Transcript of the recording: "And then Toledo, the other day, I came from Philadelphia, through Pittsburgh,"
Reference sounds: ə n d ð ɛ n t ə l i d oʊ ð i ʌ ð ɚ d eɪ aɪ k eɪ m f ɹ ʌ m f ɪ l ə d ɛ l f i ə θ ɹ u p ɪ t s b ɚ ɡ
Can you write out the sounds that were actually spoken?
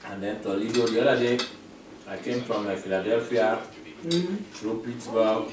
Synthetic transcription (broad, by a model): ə n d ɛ n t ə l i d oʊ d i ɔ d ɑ d eɪ aɪ k eɪ m f ɹ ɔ m f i l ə d ɛ l f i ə t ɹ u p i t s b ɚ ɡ